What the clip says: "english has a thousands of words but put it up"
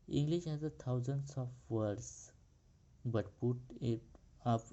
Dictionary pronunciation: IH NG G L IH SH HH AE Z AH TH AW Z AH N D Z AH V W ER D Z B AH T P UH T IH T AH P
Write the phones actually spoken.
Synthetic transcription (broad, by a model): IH NG G L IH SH HH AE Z AH T AW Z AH N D S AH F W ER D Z B AH T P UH T IH T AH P